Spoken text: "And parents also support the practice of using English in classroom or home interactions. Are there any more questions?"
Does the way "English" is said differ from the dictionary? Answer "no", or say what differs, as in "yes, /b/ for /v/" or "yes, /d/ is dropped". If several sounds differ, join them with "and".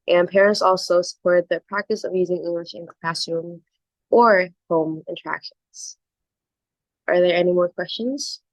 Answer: no